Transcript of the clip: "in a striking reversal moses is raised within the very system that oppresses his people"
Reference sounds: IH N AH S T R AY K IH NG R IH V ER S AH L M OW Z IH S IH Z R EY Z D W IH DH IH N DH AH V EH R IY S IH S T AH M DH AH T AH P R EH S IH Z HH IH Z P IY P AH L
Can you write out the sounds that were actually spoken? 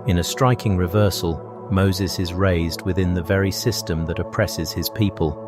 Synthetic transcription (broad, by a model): IH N AH S T R AY K IH NG R IH V ER S AH L M OW Z IH S IH Z R EY Z D W IH DH IH N DH AH V EH R IY S IH S T AH M DH AH T AH P R EH S IH Z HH IH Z P IY P AH L